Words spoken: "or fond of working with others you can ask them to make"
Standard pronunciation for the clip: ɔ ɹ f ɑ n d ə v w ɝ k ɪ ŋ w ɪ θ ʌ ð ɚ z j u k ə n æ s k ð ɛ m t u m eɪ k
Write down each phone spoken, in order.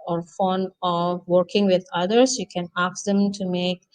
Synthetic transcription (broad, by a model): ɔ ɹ f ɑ n ə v w ɝ k ɪ ŋ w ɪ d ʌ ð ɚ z j u k ə n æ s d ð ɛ m t u m eɪ k